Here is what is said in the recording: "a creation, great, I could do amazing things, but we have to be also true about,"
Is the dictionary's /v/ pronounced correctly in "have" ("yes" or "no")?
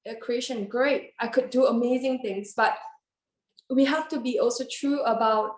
no